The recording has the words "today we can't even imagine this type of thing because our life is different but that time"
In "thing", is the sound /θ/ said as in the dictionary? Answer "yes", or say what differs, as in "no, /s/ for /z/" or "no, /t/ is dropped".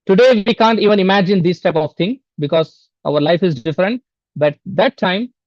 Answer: no, /t/ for /θ/